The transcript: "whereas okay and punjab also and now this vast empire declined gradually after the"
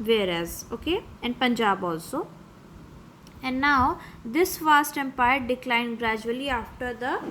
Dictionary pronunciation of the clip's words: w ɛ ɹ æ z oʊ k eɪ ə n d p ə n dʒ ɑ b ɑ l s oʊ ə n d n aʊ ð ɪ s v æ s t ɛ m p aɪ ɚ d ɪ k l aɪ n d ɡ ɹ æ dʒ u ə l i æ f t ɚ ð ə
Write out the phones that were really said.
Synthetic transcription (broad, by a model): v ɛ ɹ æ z oʊ k eɪ ə n d p ə n dʒ ɑ b ɑ l s oʊ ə n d n aʊ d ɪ s f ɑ s t ɛ m p aɪ ɚ d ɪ k l aɪ n ɡ ɹ æ dʒ u ə l i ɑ f t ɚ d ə